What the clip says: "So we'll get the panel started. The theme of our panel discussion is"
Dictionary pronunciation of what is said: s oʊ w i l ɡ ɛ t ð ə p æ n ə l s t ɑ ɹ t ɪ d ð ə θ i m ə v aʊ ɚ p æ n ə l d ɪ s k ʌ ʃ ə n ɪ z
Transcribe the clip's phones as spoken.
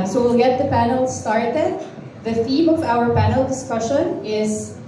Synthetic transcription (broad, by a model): s oʊ w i l ɡ ɛ t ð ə p æ n ə l s t ɑ ɹ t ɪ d ð ə θ i m ə v aʊ ɚ p æ n ə l d ɪ s k ʌ ʃ ə n ɪ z